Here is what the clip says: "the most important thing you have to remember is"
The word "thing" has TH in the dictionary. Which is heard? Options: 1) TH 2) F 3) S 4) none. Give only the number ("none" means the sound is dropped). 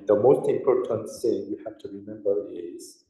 3